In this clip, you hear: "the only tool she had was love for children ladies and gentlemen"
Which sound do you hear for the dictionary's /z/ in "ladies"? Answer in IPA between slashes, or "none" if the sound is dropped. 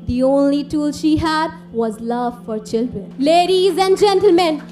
/z/